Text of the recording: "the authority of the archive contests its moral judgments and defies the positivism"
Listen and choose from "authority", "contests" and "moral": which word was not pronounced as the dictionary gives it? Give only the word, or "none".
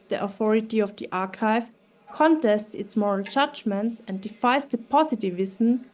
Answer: none